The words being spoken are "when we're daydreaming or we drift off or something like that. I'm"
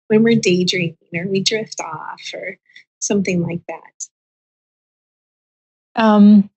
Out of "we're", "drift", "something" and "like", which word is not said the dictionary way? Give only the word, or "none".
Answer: none